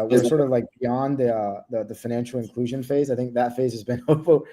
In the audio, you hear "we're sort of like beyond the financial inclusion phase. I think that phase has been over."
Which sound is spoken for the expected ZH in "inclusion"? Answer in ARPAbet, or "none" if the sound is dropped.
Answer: ZH